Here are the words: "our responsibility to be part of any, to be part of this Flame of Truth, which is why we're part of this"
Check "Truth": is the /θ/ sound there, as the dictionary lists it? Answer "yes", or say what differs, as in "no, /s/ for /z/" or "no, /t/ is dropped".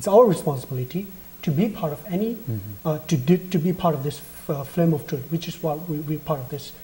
no, /t/ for /θ/